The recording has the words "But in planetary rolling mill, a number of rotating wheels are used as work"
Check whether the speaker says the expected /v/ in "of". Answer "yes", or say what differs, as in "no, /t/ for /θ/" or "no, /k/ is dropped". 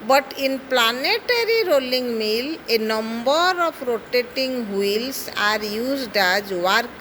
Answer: no, /p/ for /v/